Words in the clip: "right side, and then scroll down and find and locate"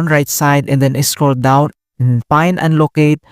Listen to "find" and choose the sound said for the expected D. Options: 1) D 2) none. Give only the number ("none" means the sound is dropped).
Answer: 2